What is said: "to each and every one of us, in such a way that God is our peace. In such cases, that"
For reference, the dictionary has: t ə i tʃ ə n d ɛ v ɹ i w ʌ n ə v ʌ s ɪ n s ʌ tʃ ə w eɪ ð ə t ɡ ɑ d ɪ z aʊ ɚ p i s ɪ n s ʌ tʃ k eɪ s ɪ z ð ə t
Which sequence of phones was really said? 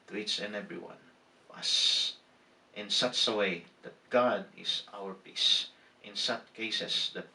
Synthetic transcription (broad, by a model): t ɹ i s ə n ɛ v ɹ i w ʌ n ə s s ɪ n s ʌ tʃ ə w eɪ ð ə t ɡ ɑ d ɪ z aʊ ɚ p i s ɪ n s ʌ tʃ k eɪ s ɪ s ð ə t